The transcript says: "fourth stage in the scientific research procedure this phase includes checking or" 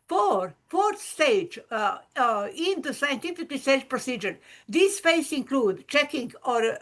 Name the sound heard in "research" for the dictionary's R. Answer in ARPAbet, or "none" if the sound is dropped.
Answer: L